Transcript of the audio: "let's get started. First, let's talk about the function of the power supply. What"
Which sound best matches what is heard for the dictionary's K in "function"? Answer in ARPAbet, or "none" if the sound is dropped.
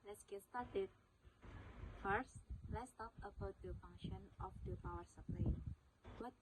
none